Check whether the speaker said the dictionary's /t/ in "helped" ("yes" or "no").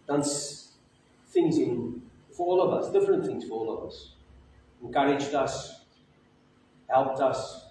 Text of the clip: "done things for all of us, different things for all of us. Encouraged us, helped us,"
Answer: yes